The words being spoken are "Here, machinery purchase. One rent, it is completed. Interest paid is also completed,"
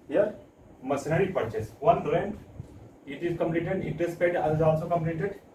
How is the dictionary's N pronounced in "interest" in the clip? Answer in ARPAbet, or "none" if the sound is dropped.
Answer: none